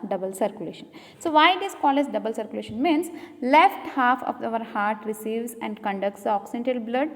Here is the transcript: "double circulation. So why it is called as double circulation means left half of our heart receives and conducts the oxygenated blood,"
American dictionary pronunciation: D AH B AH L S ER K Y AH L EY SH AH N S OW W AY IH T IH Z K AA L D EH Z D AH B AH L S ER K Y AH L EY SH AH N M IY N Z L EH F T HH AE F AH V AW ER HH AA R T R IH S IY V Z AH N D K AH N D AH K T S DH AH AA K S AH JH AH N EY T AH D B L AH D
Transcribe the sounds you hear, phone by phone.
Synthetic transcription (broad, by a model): D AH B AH L S ER K Y AH L EY SH AH N S OW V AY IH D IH S K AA L EH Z D AH B AH L S ER K Y AH L EY SH AH N M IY N S L EH F T HH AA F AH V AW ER HH AA R T R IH S IY V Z AH N D K AH N D AH K T S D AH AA K S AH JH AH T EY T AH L B L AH D